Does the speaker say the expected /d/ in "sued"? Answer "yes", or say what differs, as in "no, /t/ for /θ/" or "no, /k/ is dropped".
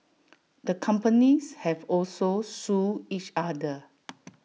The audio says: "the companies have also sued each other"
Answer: no, /d/ is dropped